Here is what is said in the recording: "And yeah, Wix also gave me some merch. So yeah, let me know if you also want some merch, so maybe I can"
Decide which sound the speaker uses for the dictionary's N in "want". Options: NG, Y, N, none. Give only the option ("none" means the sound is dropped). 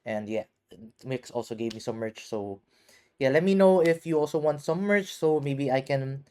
N